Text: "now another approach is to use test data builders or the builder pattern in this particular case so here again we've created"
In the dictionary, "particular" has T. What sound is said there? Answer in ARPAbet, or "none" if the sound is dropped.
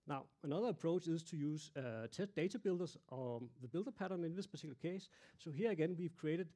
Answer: S